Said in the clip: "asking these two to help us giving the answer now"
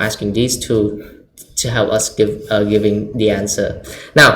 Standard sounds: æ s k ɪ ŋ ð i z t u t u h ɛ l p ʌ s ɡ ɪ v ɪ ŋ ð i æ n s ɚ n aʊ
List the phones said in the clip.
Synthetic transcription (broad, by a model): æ s k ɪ ŋ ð i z t u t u h ɛ l p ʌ s ɡ ɪ v ɪ ŋ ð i æ n s ɚ n aʊ